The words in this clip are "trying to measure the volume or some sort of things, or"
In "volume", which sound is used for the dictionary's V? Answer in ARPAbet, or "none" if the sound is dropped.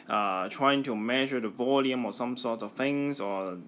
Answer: V